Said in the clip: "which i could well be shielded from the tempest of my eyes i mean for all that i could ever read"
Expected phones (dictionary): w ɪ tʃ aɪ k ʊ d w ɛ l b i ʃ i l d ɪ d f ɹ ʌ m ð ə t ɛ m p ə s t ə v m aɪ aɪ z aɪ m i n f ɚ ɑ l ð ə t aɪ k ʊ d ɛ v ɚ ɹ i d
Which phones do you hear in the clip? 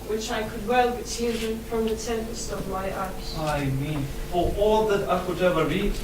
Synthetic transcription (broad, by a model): w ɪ tʃ aɪ k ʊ d w ɛ l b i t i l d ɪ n f ɹ ʌ m ð ə t ɛ m p ə s t ə v m aɪ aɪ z aɪ m i n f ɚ ɑ l ð ə t aɪ k ʊ d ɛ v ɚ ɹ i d